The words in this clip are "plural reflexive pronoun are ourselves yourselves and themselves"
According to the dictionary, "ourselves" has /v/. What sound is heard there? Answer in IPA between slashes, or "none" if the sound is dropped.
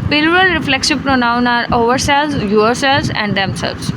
none